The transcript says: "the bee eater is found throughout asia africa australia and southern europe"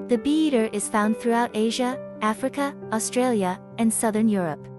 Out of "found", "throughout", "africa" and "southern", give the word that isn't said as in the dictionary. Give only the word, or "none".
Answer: none